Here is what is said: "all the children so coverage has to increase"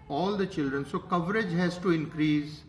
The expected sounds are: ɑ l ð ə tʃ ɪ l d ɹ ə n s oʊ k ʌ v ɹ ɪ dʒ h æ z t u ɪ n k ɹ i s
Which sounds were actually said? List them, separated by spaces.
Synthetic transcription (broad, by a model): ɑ l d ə tʃ ɪ l d ɹ ə n s oʊ k ʌ v ɹ ɪ dʒ h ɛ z t u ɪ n k ɹ i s